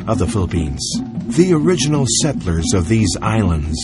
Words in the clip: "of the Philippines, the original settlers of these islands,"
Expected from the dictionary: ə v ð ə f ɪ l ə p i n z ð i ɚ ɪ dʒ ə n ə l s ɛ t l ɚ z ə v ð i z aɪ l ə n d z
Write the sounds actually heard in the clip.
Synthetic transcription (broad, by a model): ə v ð ə f ɪ l ə p i n z ð i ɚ ɪ dʒ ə n l s ɛ t l ɚ z ə v ð i z aɪ l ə n d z